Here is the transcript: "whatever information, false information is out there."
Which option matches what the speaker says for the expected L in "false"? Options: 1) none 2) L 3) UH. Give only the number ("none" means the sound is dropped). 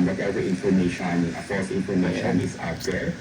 1